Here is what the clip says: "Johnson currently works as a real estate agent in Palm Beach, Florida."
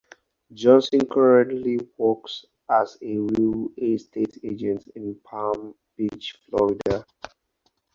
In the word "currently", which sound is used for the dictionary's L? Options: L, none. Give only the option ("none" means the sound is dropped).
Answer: L